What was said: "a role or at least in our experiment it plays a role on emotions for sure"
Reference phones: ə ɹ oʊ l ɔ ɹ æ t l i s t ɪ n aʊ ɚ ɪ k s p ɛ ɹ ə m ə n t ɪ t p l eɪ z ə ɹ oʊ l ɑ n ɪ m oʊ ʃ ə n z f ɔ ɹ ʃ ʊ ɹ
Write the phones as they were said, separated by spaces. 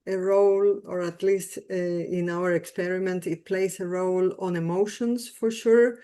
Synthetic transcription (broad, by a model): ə ɹ oʊ l ɔ ɹ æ t l i s t ɪ n aʊ ɚ ɪ k s p ɛ ɹ ə m ə n t ɪ t p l eɪ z ə ɹ oʊ l ɑ n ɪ m oʊ ʃ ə n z f ɔ ɹ ʃ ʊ ɹ